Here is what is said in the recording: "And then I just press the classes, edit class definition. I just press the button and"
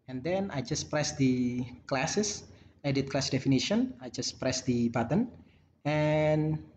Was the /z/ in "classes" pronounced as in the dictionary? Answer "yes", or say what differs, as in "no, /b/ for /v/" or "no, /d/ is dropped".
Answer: no, /s/ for /z/